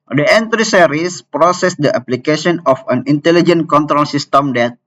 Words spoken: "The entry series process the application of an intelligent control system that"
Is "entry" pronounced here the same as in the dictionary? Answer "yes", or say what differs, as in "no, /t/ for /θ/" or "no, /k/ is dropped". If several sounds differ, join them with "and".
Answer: yes